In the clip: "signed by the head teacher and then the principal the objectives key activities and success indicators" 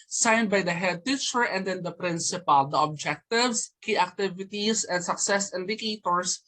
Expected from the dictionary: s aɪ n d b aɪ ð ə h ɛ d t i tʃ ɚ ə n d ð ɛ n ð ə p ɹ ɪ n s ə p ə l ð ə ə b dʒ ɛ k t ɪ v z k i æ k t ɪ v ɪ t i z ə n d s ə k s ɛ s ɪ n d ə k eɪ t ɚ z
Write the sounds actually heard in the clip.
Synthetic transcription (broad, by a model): s aɪ n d b aɪ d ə h ɛ d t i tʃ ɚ ə n d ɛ n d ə p ɹ ɪ n s ə p ə l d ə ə b dʒ ɛ k t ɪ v s k i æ k t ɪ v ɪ t i s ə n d s ə k s ɛ s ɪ n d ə k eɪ t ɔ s